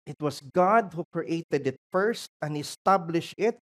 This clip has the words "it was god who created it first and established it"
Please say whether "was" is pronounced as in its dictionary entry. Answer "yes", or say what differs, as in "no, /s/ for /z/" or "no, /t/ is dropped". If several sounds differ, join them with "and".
no, /s/ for /z/